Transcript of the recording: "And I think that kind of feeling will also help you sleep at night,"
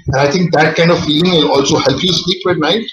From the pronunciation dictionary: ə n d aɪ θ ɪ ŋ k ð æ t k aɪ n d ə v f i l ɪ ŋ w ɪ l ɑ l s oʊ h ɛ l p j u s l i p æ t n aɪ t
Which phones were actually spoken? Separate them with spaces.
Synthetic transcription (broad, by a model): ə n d aɪ t ɪ ŋ k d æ t k aɪ n d ə v f i l ɪ ŋ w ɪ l ɑ l s oʊ h ɛ l p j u s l i b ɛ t n aɪ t